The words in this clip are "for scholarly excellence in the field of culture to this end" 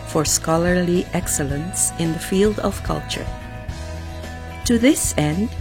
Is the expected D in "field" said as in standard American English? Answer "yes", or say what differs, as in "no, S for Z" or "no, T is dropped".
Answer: yes